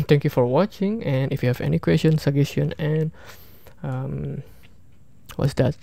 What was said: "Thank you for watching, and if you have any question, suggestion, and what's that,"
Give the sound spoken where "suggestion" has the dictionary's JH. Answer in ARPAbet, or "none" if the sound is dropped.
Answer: none